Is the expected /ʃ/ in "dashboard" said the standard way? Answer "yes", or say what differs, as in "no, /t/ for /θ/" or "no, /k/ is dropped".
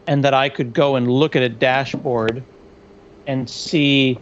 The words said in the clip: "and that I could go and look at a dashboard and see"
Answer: yes